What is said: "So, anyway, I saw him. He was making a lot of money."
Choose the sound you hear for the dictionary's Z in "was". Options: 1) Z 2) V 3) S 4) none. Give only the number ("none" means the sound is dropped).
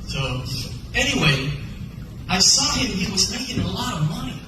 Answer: 1